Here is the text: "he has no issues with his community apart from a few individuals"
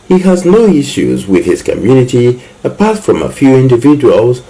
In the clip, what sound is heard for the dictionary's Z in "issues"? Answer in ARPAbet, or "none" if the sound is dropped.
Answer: Z